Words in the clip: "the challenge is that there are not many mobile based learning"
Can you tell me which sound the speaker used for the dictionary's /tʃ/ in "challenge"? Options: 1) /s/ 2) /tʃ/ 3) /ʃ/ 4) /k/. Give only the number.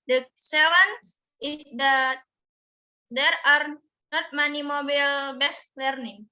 1